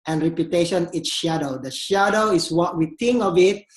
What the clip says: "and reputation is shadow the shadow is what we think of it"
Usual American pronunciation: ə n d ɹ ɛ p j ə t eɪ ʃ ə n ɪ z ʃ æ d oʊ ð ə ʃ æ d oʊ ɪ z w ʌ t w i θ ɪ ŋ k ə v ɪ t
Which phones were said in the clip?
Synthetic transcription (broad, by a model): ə n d ɹ ɛ p j ə t eɪ ʃ ə n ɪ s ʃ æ d oʊ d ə ʃ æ d oʊ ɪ s w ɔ t w i t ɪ ŋ k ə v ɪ t